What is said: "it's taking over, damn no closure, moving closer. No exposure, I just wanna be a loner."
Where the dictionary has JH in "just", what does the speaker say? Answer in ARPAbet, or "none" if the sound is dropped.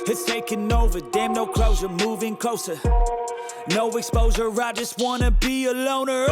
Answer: JH